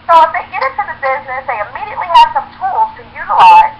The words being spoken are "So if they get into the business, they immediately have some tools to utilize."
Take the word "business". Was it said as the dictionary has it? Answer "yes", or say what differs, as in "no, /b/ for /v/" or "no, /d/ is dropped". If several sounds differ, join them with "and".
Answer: yes